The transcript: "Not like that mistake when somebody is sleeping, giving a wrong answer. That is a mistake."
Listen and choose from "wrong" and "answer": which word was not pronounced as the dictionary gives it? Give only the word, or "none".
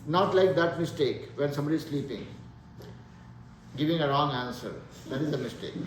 none